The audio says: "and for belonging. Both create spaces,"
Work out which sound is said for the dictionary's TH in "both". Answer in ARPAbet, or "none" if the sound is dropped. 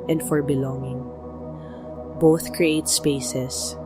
TH